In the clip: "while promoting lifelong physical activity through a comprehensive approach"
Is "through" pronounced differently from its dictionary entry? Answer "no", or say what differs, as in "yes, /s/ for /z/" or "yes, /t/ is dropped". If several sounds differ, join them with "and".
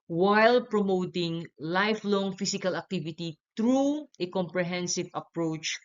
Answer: yes, /t/ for /θ/